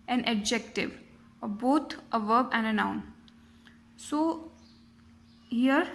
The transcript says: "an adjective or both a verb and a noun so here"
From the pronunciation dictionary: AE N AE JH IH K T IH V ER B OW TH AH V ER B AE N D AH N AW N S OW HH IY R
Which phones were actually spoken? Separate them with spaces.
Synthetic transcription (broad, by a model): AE N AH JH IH K T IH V B OW T AH V ER B AE N D AH N AW N S OW HH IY R